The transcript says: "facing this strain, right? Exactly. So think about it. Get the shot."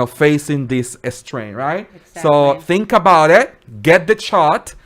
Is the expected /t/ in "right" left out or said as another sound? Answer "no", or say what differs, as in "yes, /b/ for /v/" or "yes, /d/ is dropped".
yes, /t/ is dropped